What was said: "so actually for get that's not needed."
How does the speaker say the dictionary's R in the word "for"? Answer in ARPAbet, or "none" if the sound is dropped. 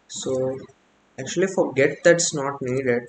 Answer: R